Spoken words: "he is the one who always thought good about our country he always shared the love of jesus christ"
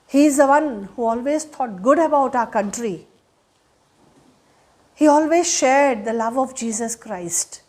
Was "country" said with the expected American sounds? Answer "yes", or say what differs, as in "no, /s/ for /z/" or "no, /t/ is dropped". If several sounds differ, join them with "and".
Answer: yes